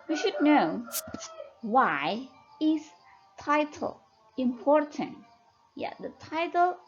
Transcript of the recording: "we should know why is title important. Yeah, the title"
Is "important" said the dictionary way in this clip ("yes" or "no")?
yes